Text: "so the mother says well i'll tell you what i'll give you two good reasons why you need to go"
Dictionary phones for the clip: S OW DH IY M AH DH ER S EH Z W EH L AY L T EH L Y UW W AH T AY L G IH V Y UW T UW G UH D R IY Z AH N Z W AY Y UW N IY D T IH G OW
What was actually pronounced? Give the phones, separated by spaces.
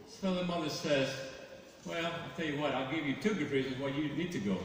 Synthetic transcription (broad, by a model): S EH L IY M AH DH ER S EH Z W EH L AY T EH L Y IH W AH T AY L G IH V Y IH T UW G UH D R IY Z AH N Z W AY Y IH N IY D T IH G OW